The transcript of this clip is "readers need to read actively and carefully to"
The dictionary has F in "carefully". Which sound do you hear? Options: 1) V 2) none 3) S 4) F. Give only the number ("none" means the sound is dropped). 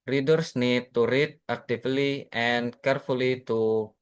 4